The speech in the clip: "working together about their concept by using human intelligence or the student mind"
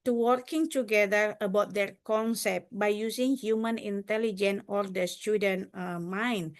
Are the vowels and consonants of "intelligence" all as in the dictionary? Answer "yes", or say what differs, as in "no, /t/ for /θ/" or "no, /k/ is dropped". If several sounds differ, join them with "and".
no, /s/ is dropped